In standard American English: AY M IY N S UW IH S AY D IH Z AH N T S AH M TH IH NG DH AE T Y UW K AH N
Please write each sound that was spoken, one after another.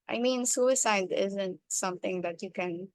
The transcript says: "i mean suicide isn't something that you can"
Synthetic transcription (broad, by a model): AY M IY N S UW IH S AY D IH Z AH N T S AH M T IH NG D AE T Y UW K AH N